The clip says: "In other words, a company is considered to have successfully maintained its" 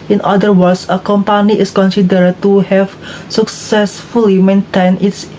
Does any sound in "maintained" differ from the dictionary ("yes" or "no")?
yes